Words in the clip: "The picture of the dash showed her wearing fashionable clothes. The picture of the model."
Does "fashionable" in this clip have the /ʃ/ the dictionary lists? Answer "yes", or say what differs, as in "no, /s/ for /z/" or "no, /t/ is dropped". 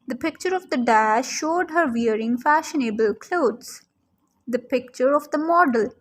yes